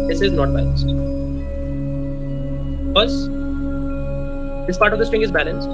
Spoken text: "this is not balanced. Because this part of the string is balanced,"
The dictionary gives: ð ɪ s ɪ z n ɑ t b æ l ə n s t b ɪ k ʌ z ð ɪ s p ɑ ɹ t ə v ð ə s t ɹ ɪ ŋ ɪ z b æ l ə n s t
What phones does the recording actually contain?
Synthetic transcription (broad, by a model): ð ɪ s ɪ z n ɑ t b æ l ə n s t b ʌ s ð ɪ s p ɑ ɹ t ə v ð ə s t ɹ ɪ ŋ ɪ z b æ l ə n s t